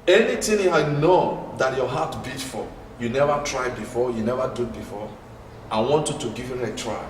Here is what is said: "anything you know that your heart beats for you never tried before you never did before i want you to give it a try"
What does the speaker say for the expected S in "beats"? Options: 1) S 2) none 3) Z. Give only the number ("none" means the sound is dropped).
2